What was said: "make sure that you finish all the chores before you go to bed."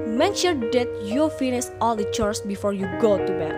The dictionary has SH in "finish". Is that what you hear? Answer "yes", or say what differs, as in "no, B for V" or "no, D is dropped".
no, S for SH